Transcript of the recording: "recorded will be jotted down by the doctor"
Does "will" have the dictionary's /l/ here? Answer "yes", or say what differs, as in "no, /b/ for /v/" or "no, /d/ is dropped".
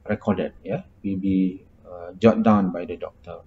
no, /w/ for /l/